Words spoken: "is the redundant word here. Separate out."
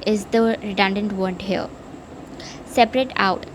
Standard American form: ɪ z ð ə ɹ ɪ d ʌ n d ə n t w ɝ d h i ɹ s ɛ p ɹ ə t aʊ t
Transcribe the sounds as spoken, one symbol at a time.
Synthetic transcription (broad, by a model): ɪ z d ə ɹ ɪ d ʌ n d ə n t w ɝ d h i l s ɛ p ɹ ə t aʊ t